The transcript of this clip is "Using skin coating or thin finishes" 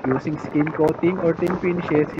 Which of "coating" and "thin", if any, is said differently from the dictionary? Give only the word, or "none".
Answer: thin